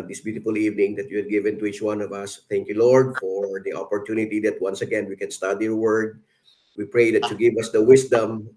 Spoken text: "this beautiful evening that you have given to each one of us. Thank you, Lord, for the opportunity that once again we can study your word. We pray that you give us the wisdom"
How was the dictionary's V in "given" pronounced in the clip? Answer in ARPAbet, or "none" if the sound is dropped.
V